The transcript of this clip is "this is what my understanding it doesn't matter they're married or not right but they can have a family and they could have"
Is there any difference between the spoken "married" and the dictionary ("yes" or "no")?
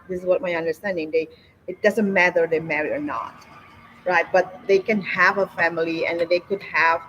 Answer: yes